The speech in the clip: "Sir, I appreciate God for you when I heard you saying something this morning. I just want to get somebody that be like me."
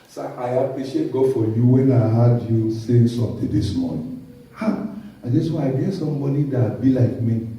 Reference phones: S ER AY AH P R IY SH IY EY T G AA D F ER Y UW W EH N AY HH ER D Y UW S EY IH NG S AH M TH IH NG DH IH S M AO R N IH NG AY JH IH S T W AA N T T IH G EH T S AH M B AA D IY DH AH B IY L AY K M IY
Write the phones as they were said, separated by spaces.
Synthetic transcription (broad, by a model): S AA AY AH P R IY SH IY EY T G AA D F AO Y UW W EH N AY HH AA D Y UW S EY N S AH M T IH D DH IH S M AO N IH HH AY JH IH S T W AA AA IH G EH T S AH M B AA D IY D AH B IY L AY K M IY